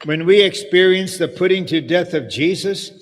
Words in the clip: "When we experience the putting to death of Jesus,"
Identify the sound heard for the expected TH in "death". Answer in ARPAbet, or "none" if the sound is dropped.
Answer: TH